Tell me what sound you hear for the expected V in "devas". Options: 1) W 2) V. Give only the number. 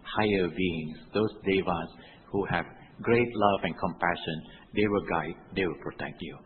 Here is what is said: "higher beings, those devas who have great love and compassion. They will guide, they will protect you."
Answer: 2